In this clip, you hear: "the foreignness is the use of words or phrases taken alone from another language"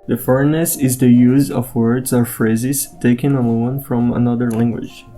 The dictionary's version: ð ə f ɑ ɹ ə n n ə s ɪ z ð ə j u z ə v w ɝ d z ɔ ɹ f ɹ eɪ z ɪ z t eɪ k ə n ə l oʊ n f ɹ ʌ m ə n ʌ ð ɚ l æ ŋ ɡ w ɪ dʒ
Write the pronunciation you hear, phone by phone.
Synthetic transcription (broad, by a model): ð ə f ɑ ɹ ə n n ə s ɪ z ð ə j u z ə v w ɝ d z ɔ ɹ f ɹ eɪ z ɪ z t eɪ k ə n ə n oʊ n f ɹ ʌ m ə n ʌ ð ɚ l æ ŋ ɡ w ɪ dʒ